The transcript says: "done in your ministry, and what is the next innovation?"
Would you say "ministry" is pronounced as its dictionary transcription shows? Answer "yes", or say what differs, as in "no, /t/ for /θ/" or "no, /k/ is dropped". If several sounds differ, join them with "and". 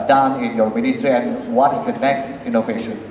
yes